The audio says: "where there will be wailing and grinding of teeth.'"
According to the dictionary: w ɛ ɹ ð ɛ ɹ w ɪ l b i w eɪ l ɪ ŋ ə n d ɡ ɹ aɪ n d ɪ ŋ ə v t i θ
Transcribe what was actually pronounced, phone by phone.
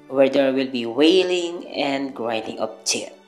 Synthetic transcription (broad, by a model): w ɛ ɹ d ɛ ɹ w ɪ l b i w eɪ l ɪ ŋ ə n d ɡ ɹ aɪ n d ɪ ŋ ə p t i